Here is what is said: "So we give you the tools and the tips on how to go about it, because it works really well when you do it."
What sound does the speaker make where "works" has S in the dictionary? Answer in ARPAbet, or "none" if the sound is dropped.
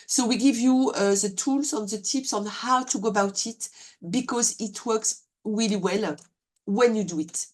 S